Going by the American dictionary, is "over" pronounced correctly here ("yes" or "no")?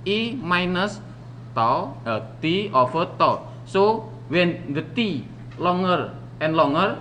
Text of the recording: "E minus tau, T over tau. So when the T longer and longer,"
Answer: no